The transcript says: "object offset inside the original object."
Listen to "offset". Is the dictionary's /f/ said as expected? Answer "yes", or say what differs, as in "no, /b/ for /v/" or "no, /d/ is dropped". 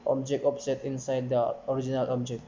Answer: no, /p/ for /f/